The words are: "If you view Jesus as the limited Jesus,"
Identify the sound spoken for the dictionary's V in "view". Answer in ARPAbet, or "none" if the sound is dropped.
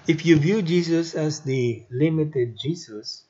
V